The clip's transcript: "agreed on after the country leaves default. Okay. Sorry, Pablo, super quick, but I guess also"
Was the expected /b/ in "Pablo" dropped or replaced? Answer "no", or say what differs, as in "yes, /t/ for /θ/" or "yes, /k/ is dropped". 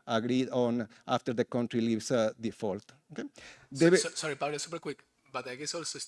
yes, /b/ is dropped